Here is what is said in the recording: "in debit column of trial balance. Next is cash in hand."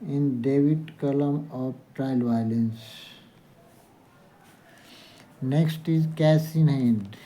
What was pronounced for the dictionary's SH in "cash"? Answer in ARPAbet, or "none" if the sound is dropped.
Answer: S